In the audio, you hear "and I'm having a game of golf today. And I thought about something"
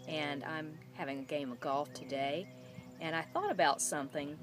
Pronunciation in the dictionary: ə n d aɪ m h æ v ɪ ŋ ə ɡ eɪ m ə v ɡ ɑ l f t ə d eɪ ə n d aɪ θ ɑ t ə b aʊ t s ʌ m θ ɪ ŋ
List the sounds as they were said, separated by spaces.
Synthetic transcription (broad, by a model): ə n aɪ m h æ v ɪ ŋ ə ɡ eɪ m ə v ɡ ɑ l f t ə d eɪ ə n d aɪ θ ɑ t ə b aʊ t s ʌ m θ ɪ ŋ